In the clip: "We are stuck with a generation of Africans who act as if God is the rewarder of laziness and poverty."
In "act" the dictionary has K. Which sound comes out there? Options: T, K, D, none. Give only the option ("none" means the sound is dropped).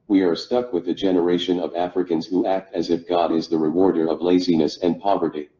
K